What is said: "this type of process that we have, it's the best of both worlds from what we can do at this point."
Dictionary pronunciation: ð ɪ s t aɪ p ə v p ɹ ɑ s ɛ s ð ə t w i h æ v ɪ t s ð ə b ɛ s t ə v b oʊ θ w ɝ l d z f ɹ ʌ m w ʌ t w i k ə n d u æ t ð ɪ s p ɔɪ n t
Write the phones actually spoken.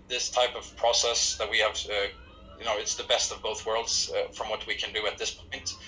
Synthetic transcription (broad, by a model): ð ɪ s t aɪ p ə v p ɹ ɑ s ɛ s ð ə t w i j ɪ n ɪ t s ð ə b ɛ s t ə v b oʊ θ w ɝ l d z f ɹ ʌ m w ʌ t w i k ə n d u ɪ t ð ɪ s p ɔɪ n t